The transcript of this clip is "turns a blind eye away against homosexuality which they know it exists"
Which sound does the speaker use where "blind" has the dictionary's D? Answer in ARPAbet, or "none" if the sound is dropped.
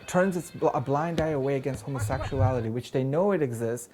D